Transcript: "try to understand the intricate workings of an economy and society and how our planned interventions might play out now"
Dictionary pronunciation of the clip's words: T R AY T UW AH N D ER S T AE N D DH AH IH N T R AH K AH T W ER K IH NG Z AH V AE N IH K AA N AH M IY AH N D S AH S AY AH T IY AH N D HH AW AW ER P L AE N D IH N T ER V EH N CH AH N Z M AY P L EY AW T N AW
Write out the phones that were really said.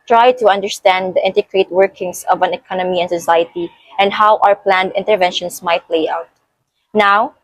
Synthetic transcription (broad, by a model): T R AY T UW AH N D ER S T AE N D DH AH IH N T AH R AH T W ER K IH NG S AH V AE N IH K AA N AH M IY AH N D S AH S AY AH T IY AH N D HH AW AW ER P L AE N D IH N T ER V EH N SH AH N S M AY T L EY AW T N AW